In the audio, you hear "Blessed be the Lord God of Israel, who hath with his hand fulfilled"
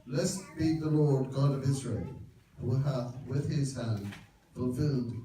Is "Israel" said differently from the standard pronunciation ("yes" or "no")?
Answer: no